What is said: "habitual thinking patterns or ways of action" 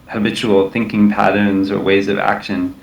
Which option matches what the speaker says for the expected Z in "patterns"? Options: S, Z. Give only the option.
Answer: Z